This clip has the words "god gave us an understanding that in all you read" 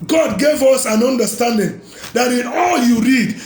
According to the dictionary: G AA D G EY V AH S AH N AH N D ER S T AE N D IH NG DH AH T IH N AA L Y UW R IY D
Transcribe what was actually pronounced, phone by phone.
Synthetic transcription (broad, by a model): G AA D G EY V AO S AH N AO N D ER S T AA N D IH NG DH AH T IH N AA L Y UW R IY D